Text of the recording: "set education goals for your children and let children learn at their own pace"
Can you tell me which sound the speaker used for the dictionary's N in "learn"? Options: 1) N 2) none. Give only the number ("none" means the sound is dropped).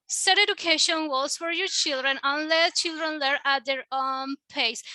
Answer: 2